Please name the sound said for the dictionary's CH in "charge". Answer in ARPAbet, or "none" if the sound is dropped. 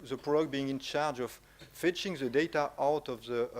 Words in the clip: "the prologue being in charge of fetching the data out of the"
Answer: CH